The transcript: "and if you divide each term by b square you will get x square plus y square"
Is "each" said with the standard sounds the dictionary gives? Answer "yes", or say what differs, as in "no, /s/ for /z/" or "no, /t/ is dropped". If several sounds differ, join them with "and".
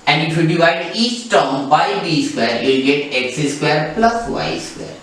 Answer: no, /s/ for /tʃ/